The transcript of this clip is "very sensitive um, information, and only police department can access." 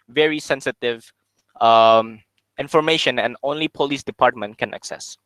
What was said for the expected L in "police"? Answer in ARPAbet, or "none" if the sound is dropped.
L